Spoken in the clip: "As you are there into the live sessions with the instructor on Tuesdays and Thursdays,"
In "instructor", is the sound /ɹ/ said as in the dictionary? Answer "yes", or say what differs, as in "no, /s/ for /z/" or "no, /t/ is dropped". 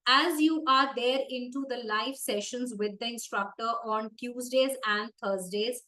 yes